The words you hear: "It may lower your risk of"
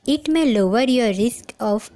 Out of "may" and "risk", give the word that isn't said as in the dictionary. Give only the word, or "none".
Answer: none